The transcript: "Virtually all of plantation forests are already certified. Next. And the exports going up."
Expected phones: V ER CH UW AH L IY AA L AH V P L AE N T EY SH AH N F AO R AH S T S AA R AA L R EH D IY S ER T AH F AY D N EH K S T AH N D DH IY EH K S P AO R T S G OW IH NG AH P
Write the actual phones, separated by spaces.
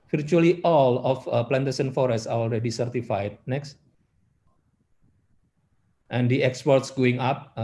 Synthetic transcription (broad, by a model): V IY CH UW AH L IY AA L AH F P L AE N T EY S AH N F AO R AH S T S AA R AA L R EH D IY S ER T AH F AY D N EH K S T AH N D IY EH K S P AO R T S G OW IH NG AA P